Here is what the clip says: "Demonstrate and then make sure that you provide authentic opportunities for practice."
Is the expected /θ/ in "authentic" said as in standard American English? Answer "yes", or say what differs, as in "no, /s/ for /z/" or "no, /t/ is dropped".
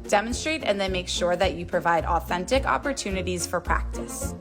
yes